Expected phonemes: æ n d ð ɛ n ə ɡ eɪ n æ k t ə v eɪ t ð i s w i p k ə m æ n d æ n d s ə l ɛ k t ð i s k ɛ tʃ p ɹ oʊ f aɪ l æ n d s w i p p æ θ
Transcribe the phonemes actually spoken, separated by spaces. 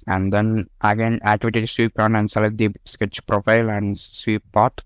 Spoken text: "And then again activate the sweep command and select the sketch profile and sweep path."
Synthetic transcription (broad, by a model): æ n d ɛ n ə ɡ eɪ n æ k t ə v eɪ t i s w i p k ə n æ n d s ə l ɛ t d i s k ɛ tʃ p ɹ oʊ f aɪ l æ n d s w i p p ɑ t